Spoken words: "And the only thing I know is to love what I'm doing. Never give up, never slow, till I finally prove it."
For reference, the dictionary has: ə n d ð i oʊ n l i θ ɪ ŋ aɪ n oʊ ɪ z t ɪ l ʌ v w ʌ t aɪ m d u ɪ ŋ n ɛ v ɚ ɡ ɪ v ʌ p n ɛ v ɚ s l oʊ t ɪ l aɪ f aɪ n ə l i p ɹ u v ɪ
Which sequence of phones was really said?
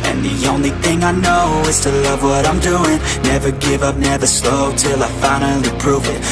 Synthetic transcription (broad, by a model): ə n ð i oʊ n l i θ ɪ ŋ aɪ n oʊ ɪ z t ɪ l ʌ v w ʌ t aɪ m d u ɪ ŋ n ɛ v ɚ ɡ ɪ v ʌ p n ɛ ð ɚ s l oʊ t ɪ l aɪ f aɪ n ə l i p ɹ u v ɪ